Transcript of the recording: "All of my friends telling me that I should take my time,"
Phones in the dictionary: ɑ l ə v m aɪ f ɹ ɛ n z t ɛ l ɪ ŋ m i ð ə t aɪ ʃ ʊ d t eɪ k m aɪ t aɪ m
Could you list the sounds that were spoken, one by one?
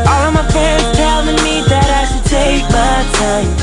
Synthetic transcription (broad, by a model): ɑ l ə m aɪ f ɛ z t ɛ l ɪ ŋ m i ð ə t aɪ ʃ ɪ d t eɪ k m aɪ t aɪ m